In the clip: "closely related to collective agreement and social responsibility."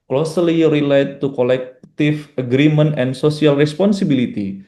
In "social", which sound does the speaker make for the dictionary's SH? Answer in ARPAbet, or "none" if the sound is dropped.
S